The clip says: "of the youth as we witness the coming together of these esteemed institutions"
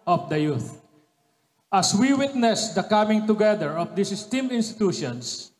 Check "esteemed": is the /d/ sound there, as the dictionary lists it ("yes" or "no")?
no